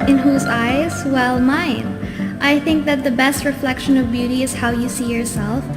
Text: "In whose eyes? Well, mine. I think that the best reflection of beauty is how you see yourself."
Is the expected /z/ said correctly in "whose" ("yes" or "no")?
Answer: yes